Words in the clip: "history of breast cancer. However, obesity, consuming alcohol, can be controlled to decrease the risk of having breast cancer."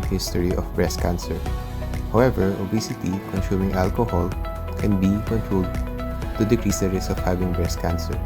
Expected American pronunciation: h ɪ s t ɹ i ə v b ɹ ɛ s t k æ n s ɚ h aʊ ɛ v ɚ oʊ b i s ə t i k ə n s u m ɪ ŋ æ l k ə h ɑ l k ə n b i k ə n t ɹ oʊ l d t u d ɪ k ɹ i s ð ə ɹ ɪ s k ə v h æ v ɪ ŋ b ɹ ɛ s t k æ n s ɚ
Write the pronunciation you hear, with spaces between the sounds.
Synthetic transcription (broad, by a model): h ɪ s t ɹ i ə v b ɹ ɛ s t k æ n s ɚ h aʊ ɛ v ɚ oʊ b i s ə t i k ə n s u m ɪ ŋ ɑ l k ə h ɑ l k ə n b i k ə n t ɹ oʊ l d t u d ɪ k ɹ i s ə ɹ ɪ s ə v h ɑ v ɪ ŋ b ɹ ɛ s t k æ n s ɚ